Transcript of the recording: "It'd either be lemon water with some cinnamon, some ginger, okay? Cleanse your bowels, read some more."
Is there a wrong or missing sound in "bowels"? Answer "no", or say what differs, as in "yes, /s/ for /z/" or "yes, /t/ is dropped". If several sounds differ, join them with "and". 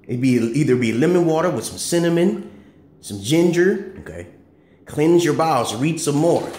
yes, /l/ is dropped